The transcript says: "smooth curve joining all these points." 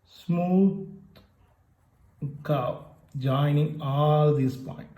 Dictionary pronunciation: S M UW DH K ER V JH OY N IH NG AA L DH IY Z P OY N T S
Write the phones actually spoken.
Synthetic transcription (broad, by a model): S M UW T K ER P JH OY N IH NG AA L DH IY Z P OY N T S